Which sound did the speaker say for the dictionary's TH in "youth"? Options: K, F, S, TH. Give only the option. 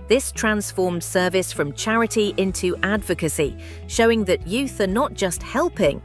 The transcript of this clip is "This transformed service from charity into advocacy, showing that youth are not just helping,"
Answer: TH